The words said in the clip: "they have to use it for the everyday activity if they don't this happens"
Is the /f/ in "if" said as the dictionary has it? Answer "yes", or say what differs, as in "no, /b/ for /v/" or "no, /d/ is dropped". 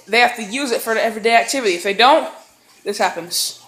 yes